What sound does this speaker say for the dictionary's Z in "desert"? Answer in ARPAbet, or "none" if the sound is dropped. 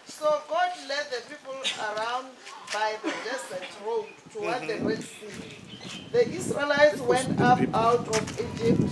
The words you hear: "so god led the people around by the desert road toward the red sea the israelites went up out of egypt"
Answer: S